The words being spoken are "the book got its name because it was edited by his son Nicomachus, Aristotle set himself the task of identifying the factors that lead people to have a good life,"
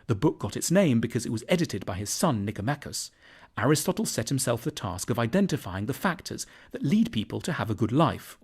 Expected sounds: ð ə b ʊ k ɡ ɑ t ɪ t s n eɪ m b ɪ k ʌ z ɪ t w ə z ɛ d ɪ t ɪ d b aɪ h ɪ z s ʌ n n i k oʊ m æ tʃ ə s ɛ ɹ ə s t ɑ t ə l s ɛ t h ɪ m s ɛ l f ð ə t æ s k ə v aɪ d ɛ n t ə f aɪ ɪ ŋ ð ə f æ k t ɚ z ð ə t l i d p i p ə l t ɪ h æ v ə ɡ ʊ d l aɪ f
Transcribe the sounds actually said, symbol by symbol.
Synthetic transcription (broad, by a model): ð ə b ʊ k ɡ ɑ t ɪ t s n eɪ m b ɪ k ʌ z ɪ t w ə z ɛ d ɪ t ɪ d b aɪ ɪ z s ʌ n n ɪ k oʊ m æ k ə s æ ɹ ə s t ɑ t l s ɛ t h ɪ m s ɛ l f ð ə t æ s k ə v aɪ d ɛ n t ə f aɪ ɪ ŋ ð ə f æ k t ɚ z ð ə t l i d p i p ə l t ɪ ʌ v ə ɡ ʊ d l aɪ f